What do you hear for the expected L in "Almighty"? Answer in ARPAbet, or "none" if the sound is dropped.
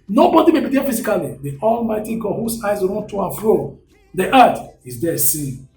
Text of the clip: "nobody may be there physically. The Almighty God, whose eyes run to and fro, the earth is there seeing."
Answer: L